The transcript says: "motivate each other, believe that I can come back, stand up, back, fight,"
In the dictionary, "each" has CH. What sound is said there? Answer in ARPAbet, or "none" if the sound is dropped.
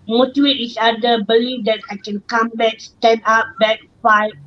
S